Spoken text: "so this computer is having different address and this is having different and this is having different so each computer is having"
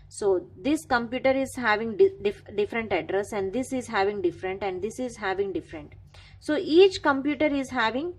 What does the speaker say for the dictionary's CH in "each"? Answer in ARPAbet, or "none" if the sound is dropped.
CH